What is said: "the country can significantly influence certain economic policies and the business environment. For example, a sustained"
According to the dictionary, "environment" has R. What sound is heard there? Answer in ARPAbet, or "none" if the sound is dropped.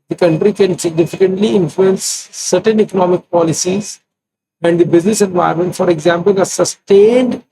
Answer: none